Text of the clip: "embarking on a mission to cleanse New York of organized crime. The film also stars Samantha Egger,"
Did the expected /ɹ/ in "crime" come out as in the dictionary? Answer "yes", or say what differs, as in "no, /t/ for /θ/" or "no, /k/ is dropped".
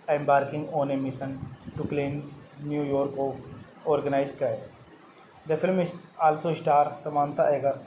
no, /ɹ/ is dropped